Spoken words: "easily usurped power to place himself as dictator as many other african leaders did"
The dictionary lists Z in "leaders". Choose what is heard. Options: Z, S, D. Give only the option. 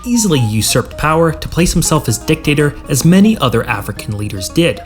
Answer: Z